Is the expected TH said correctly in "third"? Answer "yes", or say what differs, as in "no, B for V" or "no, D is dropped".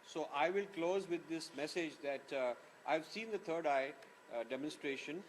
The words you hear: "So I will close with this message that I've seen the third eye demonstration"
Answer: no, T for TH